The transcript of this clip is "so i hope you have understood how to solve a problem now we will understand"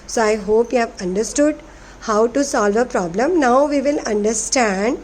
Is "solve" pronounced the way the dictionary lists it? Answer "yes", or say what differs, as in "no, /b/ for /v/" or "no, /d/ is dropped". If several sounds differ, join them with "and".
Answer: yes